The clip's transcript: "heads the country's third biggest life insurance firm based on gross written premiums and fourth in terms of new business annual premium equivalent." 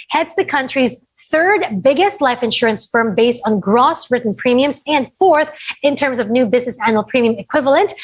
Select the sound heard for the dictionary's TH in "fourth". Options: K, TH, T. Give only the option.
TH